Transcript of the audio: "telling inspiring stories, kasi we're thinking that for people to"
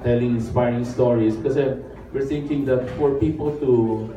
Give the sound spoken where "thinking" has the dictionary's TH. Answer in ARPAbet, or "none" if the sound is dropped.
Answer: T